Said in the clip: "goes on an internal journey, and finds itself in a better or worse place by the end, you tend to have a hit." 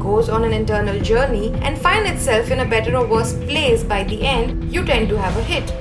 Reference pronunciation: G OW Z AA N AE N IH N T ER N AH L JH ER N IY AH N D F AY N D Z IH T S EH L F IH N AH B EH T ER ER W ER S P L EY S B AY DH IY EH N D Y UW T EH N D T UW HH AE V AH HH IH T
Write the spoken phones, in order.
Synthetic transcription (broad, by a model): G OW Z AA N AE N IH N T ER N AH L JH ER N IY AH N D F AY N D IH T S EH L F IH N AH B EH T ER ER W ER S P L EY S B AY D IY EH N D Y UW T EH N D T UW HH AE V AH HH IH T